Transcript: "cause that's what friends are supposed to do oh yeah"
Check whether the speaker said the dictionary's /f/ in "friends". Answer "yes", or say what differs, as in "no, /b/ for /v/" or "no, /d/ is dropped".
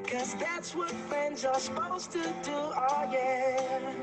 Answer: yes